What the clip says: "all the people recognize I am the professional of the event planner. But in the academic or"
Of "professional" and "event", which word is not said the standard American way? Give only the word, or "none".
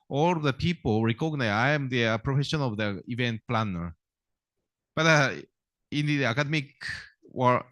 professional